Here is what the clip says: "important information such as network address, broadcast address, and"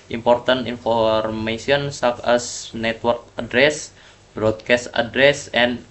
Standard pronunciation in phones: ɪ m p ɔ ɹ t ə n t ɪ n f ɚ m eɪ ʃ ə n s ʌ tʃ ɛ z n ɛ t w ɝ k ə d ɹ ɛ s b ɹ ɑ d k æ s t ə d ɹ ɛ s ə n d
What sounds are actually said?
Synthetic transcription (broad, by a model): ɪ m p ɔ ɹ t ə n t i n f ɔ m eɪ s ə n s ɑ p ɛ s n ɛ t w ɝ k ə d ɹ ɛ s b ɹ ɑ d k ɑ s t ə d ɹ ɛ s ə n